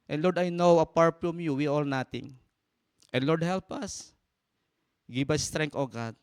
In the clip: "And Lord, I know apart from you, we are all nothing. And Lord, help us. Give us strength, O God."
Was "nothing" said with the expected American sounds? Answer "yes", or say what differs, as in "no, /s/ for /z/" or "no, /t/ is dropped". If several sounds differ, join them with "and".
no, /t/ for /θ/